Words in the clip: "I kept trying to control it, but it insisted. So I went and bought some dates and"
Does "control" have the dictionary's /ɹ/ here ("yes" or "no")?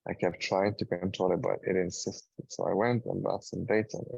no